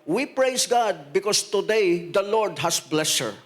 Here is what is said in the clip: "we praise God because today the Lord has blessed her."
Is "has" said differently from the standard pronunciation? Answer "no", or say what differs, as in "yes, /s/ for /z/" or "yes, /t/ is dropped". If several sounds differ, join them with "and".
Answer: yes, /s/ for /z/